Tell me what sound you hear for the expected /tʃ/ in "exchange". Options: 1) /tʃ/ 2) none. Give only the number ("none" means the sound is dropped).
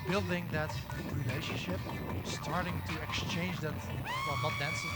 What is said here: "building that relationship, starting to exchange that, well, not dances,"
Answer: 1